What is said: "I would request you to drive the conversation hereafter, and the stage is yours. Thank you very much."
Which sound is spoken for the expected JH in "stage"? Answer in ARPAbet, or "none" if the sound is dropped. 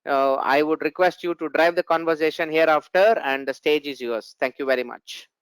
JH